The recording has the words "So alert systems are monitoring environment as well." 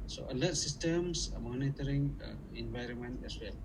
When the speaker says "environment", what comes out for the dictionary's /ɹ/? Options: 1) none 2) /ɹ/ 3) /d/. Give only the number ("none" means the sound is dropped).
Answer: 2